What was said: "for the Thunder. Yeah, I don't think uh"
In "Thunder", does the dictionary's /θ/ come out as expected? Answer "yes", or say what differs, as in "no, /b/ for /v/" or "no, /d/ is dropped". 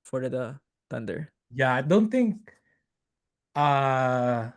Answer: no, /t/ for /θ/